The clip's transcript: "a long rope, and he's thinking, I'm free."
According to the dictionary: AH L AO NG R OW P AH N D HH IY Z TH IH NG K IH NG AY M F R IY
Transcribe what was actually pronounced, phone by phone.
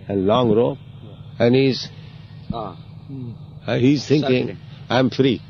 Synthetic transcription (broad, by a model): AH L AO NG R OW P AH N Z HH IY Z T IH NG K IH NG AY M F R IY